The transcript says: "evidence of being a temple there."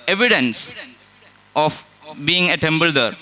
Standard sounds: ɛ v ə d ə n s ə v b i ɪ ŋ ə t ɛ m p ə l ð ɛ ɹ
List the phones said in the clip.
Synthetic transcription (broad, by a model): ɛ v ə d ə n s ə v b i ɪ ŋ ə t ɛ m b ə l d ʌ ɹ